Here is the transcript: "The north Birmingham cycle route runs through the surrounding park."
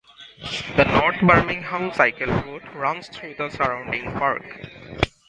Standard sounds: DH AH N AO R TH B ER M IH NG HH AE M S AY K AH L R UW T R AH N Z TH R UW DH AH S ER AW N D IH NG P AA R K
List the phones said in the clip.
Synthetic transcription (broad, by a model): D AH N AO R T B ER M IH NG HH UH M S AY K AH L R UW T R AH N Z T R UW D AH S ER AW N D IH NG P AA R K